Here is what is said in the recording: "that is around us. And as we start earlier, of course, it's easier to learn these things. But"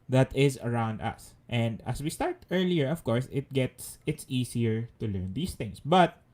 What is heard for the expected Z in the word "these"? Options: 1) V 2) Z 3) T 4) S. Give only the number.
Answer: 4